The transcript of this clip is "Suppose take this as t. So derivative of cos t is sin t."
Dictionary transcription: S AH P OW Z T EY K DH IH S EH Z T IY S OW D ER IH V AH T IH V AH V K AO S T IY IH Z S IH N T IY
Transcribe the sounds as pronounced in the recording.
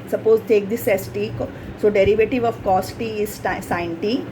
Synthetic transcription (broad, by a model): S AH P OW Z T EY K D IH S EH S T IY S OW D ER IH V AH T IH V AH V K AO S T IY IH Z S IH N T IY